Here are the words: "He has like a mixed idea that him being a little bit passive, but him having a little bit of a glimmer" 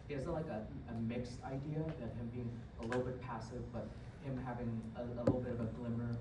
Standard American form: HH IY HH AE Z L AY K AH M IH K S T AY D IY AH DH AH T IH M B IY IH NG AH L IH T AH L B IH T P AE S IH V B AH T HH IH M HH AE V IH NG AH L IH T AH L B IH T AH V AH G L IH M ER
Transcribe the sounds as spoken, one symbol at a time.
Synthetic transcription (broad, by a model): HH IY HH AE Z L AY K AH M IH K S T AY D IY AH DH AH T IH M B IY IH NG AH L IH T L B IH T P AE S IH V B AH T HH IH M HH AE V IH NG AH L IH T L B IH T AH V AH G L IH M ER